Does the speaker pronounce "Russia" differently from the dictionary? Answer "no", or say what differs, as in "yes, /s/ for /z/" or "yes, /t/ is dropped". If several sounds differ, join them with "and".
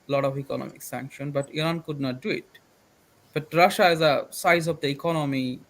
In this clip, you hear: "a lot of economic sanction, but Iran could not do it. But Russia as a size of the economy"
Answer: no